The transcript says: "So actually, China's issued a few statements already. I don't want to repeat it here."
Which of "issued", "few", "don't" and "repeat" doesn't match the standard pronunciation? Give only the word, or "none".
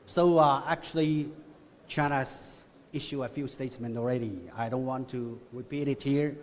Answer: issued